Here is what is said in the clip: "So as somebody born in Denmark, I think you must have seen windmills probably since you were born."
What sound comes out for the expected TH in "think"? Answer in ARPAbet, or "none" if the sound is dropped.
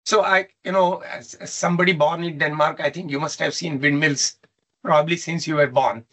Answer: T